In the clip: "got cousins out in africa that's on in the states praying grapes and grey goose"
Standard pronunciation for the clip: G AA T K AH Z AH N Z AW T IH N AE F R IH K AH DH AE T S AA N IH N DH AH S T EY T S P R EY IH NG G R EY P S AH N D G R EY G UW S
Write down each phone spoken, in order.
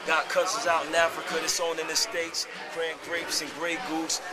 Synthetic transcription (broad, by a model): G AA T K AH S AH Z AW T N AE F R IH K AH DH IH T S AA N IH N DH AH S T EY T S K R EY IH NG G R EY P S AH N G R EY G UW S